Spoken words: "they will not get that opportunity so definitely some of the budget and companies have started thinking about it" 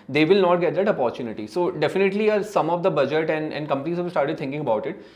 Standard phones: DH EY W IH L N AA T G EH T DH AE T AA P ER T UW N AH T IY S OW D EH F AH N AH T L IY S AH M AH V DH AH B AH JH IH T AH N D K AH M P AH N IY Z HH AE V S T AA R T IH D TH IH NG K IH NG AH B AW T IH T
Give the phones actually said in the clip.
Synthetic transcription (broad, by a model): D EY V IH L N AA T G EH T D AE T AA P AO T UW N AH T IY S OW D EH F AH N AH T L IY S AH M AH V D AH B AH JH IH T AH N D K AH M P AH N IY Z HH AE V S T AA R T IH D T IH NG K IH NG AH B AW T IH T